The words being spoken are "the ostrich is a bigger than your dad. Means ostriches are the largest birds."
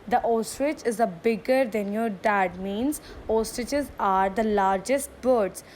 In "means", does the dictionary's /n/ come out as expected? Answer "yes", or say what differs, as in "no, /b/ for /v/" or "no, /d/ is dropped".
yes